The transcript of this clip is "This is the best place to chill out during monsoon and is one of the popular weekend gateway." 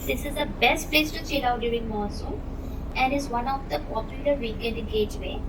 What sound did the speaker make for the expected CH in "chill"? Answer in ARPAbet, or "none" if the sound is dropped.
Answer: S